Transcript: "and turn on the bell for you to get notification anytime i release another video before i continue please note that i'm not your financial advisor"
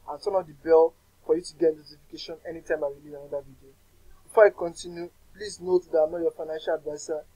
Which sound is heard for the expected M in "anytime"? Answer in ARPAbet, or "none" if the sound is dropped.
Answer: M